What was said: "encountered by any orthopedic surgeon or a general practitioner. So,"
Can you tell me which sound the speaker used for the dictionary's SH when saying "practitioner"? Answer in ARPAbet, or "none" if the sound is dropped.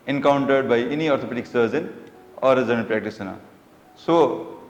S